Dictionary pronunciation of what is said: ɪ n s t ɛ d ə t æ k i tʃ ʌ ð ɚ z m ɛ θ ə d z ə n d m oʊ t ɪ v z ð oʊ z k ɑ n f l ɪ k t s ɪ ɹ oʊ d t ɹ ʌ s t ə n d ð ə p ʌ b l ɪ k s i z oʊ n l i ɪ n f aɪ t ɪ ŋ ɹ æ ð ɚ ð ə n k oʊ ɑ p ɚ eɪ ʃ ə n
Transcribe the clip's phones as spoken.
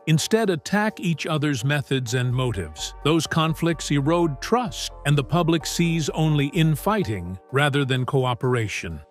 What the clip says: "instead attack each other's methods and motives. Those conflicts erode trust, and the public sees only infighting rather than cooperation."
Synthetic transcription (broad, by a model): ɪ n s t ɛ d ə t æ k i tʃ ʌ ð ɚ z m ɛ θ ə d z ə n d m oʊ t ɪ v z ð oʊ z k ɑ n f l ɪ k t s ɪ ɹ oʊ d t ɹ ʌ s t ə n ð ə p ʌ b l ɪ k s i z oʊ n l i ɪ n f aɪ t ɪ ŋ ɹ æ ð ɚ ð ə n k oʊ ɑ p ɚ eɪ ʃ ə n